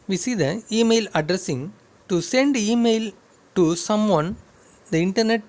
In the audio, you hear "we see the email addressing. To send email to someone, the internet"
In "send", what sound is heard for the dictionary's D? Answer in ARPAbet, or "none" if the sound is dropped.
D